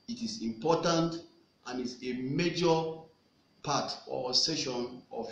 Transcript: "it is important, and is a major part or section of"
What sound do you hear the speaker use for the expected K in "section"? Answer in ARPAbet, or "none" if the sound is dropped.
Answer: none